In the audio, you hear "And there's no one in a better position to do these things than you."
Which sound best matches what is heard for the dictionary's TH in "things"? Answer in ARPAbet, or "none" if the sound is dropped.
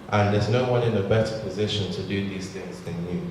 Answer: TH